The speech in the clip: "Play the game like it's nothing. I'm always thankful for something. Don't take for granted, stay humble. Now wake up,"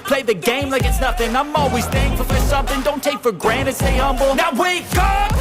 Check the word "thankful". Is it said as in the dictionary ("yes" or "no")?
no